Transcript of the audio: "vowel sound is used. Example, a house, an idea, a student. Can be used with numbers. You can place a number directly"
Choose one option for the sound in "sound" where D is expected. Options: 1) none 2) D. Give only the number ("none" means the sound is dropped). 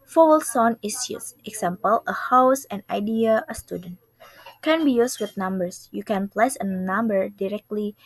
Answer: 1